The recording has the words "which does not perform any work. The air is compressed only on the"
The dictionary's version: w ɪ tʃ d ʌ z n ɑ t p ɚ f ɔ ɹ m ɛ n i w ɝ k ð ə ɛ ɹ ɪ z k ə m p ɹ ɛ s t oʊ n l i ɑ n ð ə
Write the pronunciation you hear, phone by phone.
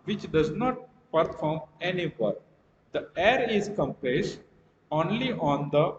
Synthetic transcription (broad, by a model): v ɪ tʃ d ʌ z n ɑ t p ɚ f ɔ ɹ m ɛ n i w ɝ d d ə ɛ ɹ ɪ z k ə m p l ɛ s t oʊ n l i ɑ n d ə